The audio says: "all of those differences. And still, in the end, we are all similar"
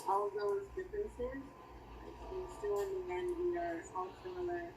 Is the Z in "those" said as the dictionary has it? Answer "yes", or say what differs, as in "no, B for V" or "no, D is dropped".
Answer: yes